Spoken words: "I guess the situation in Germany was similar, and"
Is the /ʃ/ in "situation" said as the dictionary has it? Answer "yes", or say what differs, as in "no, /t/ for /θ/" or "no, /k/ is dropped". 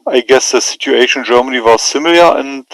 no, /ʃ/ is dropped